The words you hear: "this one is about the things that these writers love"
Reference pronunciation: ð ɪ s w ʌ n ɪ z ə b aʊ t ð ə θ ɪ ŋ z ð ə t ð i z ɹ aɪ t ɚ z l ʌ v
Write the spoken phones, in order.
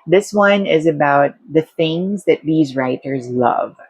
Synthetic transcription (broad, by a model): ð ɪ s w ʌ n ɪ z ə b aʊ t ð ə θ ɪ ŋ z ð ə t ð i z ɹ aɪ t ɚ z l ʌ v